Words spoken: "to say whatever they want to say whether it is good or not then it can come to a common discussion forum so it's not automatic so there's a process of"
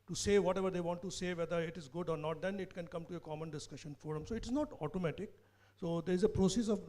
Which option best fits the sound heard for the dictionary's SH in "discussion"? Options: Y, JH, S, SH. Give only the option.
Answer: SH